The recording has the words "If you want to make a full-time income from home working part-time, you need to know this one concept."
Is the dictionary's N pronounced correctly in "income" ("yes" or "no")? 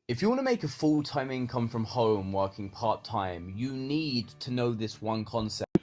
yes